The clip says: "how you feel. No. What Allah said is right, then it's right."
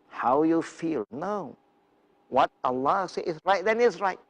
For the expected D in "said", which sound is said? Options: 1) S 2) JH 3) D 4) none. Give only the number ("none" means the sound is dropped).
4